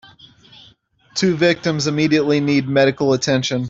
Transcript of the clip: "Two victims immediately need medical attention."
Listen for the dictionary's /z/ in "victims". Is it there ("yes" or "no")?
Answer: yes